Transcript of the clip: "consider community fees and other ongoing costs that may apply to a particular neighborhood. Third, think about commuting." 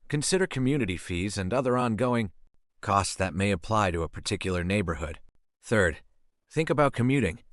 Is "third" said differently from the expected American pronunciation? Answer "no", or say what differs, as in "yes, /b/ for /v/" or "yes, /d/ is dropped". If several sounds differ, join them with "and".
no